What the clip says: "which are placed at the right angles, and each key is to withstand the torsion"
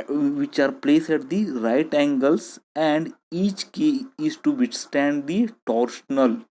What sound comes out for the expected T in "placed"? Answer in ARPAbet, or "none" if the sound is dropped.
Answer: none